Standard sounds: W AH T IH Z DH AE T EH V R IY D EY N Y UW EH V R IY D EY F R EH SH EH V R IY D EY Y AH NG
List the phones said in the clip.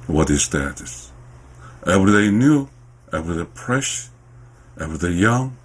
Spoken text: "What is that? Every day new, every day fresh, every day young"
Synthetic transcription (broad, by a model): W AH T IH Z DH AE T EH V R IY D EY N Y UW EH V R IY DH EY P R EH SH EH V R IY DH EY Y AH NG